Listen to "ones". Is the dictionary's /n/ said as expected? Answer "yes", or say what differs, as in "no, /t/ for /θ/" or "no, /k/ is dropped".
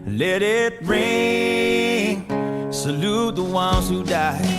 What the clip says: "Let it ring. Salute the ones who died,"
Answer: yes